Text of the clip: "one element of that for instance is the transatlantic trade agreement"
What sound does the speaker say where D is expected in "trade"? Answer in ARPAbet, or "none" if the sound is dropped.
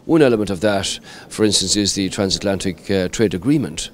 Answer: D